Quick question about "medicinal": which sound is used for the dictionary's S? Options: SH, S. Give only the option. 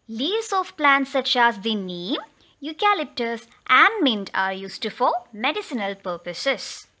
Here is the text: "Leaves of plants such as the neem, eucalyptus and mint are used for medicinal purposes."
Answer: S